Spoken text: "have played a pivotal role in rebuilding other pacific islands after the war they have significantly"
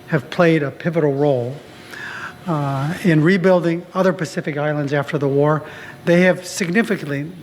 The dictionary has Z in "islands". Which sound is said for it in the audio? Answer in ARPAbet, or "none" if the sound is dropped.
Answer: Z